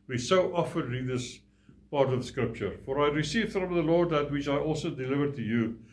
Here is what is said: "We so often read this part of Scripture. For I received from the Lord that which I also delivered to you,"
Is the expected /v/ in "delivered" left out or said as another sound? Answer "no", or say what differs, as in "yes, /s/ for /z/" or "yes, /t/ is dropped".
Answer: no